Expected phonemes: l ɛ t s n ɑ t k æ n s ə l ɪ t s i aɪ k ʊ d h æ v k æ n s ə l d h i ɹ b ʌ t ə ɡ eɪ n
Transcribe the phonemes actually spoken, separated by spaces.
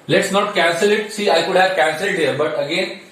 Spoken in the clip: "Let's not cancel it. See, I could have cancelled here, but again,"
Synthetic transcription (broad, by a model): l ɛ t s n ɑ t k æ n s ə l ɪ t s i aɪ k ʊ d h æ v k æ n s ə l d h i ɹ b ʌ t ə ɡ eɪ n